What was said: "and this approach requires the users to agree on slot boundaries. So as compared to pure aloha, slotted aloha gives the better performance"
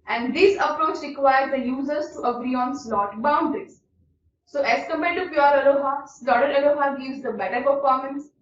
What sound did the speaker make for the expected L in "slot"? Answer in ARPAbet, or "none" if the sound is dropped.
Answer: L